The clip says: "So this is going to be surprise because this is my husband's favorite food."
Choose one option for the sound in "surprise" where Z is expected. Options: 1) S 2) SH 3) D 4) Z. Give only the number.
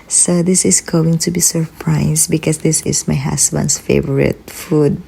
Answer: 1